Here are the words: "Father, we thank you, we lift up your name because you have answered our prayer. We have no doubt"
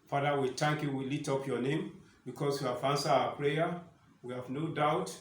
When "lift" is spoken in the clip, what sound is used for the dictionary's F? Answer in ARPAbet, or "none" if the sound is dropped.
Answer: none